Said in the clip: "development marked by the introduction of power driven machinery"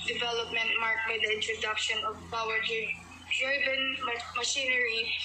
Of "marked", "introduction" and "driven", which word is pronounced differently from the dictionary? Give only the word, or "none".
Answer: driven